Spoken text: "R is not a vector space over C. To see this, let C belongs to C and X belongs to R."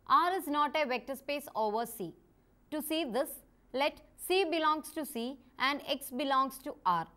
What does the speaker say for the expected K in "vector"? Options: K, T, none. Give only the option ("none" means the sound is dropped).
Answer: K